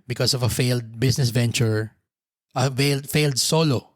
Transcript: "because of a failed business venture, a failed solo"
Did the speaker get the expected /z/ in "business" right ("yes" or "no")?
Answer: no